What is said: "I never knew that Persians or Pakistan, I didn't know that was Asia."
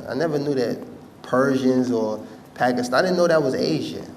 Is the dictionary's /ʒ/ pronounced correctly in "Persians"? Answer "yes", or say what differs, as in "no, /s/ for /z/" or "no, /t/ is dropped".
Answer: yes